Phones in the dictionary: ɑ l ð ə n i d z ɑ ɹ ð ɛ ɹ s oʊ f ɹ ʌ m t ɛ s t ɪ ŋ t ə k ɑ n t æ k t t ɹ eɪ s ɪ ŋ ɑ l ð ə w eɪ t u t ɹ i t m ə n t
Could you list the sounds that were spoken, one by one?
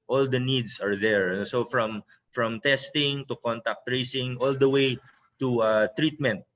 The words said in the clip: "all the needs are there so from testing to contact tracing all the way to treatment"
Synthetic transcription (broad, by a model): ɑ l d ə n i d s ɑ ɹ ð ɛ ɹ s oʊ f ɹ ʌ m t ɛ s t ɪ ŋ t ə k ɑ n t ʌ k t t ɹ eɪ s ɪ ŋ ɑ l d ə w eɪ t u t ɹ i t m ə n t